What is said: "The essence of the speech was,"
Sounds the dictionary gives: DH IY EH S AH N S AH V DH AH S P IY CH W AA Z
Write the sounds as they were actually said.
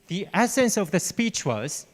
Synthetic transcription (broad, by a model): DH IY EH S AH N S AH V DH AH S P IY CH W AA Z